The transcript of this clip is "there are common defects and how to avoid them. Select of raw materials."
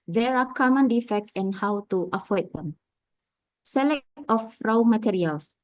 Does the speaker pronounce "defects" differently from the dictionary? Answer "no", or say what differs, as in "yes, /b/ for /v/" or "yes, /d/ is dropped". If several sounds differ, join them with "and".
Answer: yes, /s/ is dropped